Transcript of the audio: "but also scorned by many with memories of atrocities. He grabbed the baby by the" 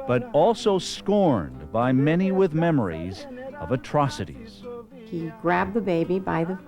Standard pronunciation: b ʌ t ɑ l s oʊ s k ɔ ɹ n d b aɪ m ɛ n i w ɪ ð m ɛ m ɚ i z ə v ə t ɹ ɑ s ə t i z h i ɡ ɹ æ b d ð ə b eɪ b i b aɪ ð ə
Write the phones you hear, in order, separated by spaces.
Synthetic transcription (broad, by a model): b ʌ t ɑ l s oʊ s k ɔ ɹ n b aɪ m ɛ n i w ɪ ð m ɛ m ɚ i z ə v ə t ɹ ɑ s ə t i z h i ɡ ɹ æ b ð ə b eɪ b i b aɪ ð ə